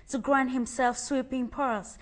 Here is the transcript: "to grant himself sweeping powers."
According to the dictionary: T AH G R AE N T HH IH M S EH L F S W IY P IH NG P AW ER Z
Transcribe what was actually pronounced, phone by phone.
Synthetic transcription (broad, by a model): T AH G R AE N T HH IH M S EH L F S W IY P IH NG P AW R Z